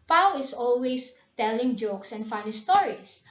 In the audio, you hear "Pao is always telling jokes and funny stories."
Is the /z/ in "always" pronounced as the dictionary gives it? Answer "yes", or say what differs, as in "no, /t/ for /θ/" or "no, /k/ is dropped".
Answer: no, /s/ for /z/